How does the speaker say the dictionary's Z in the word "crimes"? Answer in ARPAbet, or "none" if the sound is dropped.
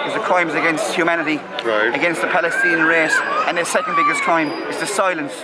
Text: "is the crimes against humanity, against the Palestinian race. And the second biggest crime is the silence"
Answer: Z